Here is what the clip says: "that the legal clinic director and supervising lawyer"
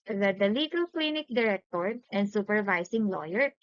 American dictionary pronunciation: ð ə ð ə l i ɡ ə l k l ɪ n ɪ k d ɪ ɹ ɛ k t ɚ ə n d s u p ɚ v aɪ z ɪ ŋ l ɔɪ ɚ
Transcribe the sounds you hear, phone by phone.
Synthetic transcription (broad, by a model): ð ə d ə l i ɡ ə l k l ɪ n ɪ k d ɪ ɹ ɛ k t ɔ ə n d s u p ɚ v aɪ s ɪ ŋ l ɔɪ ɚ